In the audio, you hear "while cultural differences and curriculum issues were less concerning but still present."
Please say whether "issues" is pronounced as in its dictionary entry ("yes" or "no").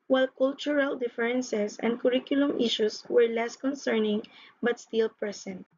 no